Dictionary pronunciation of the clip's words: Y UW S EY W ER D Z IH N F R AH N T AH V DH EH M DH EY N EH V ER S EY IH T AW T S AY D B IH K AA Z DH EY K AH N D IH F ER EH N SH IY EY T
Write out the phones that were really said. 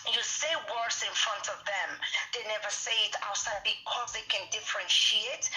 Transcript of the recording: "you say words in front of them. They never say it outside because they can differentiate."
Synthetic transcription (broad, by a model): Y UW S EY W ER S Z IH N F R AH N T AH V DH EH M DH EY N EH V ER S EY IH T AW T S AY D B IH K AA Z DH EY K AH N D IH F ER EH N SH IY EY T